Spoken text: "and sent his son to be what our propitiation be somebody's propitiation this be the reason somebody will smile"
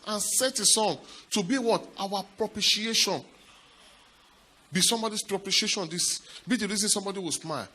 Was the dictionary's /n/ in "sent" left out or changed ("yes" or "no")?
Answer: yes